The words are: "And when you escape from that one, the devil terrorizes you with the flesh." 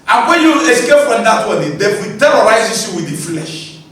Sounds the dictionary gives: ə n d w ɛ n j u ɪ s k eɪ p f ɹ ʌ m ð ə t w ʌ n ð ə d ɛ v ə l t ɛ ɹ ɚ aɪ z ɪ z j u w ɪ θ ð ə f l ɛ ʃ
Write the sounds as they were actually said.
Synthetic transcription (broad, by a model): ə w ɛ j u ɪ s k eɪ p f ɹ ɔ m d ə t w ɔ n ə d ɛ f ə t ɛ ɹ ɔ aɪ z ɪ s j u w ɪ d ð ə f l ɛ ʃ